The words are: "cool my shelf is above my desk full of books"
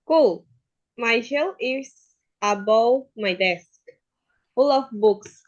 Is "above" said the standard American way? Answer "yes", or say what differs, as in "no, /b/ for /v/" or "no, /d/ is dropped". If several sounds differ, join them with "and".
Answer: no, /w/ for /v/